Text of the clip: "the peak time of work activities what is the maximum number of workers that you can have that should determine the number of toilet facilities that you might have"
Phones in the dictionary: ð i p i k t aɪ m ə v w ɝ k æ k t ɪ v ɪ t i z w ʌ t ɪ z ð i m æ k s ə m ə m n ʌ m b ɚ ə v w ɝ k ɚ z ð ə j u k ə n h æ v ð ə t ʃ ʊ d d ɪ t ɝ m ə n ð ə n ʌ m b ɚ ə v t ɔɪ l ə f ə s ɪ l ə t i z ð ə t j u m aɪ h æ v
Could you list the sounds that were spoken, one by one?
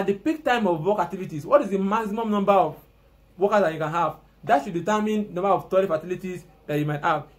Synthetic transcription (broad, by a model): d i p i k t aɪ m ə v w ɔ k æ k t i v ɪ t i s w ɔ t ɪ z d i m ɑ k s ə m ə m n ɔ m b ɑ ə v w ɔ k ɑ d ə j u k ə n h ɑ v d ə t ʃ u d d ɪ t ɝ m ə n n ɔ m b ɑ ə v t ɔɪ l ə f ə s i l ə t i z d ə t j u m aɪ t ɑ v